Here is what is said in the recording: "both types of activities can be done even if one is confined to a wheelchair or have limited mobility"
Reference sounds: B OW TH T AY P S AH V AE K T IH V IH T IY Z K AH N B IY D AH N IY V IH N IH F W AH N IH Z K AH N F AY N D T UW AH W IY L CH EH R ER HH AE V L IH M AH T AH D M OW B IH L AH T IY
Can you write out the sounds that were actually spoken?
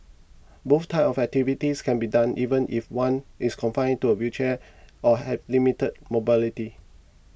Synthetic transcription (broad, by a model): B OW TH T AY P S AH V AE K T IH V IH T IY S K AH N B IY D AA N IY V IH N IH F W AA N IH S K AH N F AY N T UW AH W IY CH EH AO HH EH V L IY M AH T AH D M OW B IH L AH T IY